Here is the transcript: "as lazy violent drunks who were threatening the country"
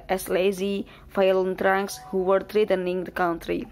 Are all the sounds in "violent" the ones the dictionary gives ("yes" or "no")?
no